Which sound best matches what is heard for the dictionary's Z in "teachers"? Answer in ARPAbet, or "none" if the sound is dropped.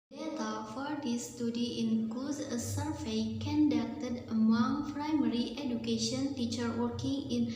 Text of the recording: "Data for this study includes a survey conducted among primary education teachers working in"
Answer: none